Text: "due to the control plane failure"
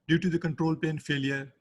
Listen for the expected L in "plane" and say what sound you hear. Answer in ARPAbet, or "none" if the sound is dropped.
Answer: none